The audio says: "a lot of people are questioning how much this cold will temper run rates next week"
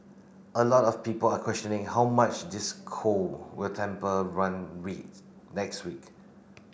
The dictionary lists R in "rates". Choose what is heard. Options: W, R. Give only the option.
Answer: W